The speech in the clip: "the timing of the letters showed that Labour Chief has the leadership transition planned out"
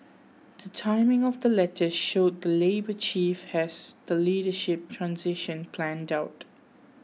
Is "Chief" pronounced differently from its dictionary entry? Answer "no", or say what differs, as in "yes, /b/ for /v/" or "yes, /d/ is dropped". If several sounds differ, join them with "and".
no